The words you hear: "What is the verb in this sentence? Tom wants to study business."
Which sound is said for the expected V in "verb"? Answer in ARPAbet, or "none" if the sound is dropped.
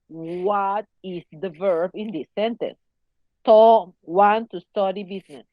V